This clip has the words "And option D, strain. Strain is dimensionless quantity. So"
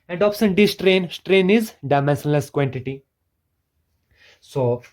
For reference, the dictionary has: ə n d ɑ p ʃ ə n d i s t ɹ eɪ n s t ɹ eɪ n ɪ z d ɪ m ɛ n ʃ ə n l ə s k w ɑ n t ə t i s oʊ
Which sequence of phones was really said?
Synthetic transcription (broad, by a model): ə n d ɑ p s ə n d i s t ɹ eɪ n s t ɹ eɪ n ɪ z d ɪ m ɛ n s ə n l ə s k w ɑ n t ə t i s oʊ